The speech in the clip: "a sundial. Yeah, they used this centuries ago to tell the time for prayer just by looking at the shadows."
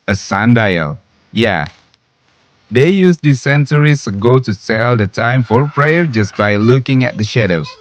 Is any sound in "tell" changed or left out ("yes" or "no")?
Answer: yes